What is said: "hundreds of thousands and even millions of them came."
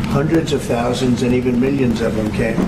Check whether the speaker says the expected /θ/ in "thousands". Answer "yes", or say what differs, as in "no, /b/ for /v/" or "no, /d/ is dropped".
yes